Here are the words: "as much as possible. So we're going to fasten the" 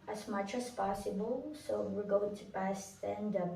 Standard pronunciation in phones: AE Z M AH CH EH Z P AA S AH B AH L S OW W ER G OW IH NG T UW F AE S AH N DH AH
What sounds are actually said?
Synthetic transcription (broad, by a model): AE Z M AH CH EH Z P AA S AH B AH L S OW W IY G OW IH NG T UW P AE S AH N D